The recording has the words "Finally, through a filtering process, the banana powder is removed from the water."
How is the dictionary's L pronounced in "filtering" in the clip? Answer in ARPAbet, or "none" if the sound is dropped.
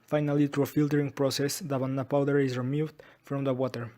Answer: L